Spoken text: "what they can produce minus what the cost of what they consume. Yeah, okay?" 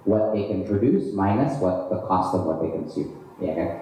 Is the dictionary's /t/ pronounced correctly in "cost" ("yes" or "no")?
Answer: yes